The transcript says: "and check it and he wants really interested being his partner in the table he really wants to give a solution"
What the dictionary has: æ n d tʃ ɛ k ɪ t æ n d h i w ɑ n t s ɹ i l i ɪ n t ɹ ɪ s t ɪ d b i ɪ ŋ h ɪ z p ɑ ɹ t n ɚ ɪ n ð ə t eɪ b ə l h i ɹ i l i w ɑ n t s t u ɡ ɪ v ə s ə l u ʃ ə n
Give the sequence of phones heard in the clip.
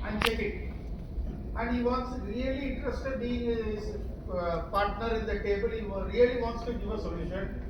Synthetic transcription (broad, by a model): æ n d tʃ ɛ k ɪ t æ n d h i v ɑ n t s ɹ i l i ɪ n t ɹ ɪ s t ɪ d b i ɪ ŋ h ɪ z p ɑ ɹ t n ɚ ɪ n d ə t eɪ b ə l h i ɹ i l i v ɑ n t s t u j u ə s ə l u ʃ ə n